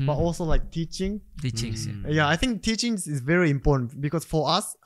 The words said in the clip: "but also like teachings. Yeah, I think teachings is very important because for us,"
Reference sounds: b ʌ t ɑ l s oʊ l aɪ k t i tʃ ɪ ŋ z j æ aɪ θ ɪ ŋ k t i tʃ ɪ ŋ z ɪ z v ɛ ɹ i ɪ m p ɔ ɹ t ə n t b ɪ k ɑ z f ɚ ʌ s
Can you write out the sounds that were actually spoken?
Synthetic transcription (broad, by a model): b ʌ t ɑ l s oʊ l aɪ k t i tʃ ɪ ŋ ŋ j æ aɪ θ ɪ ŋ k t i tʃ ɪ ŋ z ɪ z v ɛ ɹ i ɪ m p ɔ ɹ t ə n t b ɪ k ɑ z f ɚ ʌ s